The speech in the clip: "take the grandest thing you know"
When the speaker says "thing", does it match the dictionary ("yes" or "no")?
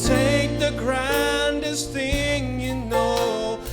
yes